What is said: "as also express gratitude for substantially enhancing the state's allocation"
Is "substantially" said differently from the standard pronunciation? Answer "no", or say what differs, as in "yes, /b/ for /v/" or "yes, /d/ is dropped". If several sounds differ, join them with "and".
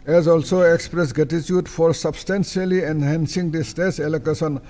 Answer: yes, /s/ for /ʃ/